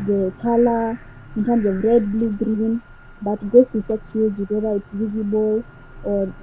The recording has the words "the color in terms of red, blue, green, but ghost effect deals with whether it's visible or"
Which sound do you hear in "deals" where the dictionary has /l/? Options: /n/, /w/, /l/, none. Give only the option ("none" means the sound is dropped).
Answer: none